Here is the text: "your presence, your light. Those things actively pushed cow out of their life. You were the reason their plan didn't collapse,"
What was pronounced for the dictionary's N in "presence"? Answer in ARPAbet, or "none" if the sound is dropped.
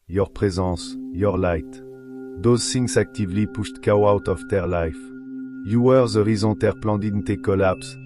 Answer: none